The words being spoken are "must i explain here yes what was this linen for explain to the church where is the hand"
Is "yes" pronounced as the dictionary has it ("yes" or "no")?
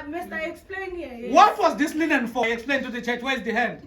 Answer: no